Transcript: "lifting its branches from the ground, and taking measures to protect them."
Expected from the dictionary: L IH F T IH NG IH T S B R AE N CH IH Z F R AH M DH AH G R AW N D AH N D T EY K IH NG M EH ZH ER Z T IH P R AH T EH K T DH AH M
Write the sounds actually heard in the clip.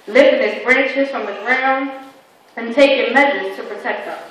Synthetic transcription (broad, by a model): L IH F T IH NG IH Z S B R AE N CH IH Z F R AH M DH AH G R AW N D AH N T EY K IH M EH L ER T IH P R AH T EH K T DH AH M